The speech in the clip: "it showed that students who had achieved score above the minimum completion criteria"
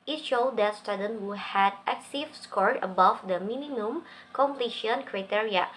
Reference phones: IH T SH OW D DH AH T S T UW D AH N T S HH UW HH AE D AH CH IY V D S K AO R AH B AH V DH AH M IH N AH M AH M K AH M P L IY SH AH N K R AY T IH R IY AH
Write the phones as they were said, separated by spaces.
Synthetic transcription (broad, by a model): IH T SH OW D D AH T S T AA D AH N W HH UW HH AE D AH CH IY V S K AO R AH B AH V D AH M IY N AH M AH M K AH M P L IY SH AH N K R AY T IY R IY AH